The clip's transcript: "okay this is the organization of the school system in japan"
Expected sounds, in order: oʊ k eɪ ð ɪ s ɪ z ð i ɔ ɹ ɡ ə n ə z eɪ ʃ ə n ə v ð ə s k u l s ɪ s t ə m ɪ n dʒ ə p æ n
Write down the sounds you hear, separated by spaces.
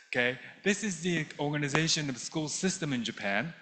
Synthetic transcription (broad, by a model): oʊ k eɪ ð ɪ s ɪ z ð i ɔ ɹ ɡ ə n ə z eɪ ʃ ə n ə v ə s k u l s ɪ s t ə m ɪ n dʒ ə p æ n